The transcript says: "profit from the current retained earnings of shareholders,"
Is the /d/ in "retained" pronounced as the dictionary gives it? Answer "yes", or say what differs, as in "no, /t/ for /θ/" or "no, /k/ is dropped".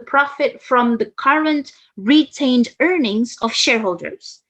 yes